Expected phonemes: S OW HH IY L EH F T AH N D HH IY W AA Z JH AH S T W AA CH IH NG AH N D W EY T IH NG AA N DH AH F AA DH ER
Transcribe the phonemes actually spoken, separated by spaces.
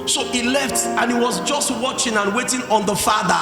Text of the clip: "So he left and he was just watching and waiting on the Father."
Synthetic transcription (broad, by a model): S OW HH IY L EH F T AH N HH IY W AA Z JH AH S T W AA CH IH NG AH N W EY T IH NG AA N DH AH F AA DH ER